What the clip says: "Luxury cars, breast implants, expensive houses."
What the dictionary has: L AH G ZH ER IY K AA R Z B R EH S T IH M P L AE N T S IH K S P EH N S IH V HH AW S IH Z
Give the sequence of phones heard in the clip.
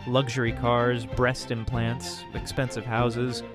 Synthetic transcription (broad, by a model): L AH G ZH ER IY K AA R Z B R EH S T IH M P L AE N T S IH K S P EH N S IH V HH AW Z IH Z